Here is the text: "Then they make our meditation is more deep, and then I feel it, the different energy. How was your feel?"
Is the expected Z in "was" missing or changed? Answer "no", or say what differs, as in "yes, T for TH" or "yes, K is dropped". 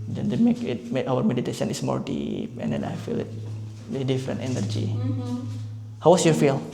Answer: yes, S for Z